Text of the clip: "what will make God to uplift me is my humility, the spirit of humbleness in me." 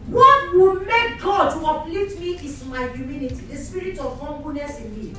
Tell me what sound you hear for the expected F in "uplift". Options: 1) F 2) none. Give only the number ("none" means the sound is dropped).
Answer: 2